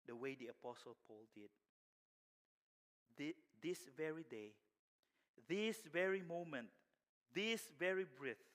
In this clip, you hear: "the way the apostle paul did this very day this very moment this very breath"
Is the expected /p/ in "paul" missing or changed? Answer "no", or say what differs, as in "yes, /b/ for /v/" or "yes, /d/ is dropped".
no